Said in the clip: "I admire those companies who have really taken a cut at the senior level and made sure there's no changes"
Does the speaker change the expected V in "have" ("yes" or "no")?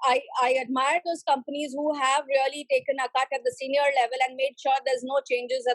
no